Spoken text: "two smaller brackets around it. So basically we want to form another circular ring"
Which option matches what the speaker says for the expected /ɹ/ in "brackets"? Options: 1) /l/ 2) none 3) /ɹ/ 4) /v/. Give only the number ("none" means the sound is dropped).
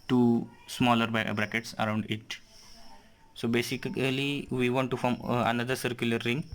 3